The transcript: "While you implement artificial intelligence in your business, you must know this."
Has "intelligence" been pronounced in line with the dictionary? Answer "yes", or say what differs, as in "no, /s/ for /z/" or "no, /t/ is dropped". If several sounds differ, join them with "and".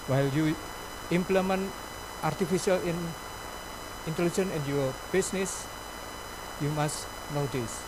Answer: no, /s/ is dropped